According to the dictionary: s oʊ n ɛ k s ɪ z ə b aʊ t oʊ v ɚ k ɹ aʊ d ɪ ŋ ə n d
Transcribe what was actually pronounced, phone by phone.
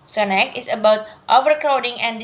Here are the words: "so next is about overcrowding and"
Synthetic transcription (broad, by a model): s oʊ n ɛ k ɪ s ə b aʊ t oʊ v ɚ k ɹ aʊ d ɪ ŋ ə n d